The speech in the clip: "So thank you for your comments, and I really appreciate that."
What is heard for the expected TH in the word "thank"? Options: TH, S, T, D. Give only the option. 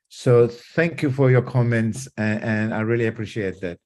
TH